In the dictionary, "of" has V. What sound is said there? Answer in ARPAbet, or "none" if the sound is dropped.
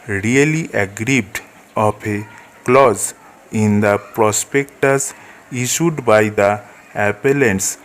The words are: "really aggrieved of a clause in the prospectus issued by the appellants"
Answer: P